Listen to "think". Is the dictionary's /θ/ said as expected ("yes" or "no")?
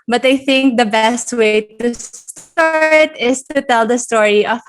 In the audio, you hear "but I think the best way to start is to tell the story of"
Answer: yes